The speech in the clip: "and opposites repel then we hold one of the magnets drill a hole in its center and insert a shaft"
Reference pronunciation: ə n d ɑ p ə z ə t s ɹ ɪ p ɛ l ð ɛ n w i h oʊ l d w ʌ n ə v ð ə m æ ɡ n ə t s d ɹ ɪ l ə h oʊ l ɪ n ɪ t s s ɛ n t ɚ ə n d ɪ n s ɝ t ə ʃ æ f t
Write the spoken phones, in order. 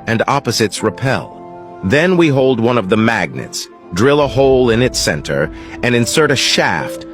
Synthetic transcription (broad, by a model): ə n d ɑ p ə z ə t s ɹ ɪ p ɛ l ð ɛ n w i h oʊ l d w ʌ n ə v ð ə m æ ɡ n ə t s d ɹ ɪ l ə h oʊ l ɪ n ɪ t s s ɛ n t ɚ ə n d ɪ n s ɝ t ə ʃ æ f t